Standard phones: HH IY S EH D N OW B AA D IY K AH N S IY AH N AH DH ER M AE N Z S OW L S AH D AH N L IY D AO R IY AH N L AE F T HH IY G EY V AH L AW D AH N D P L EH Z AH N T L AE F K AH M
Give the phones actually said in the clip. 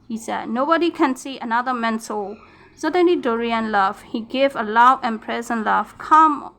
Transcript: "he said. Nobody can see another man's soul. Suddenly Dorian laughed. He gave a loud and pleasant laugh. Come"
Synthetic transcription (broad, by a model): HH IY S EH D N OW B AA D IY K AH N S IY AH N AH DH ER M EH N S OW S AH D AH N L IY D AO R IY AH N L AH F HH IY G EY V AH L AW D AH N P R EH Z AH N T L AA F K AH M